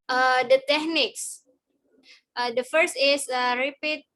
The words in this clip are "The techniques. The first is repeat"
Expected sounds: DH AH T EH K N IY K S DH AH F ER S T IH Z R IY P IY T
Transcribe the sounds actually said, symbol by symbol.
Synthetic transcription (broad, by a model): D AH T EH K N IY K S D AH F ER S T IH S R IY P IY T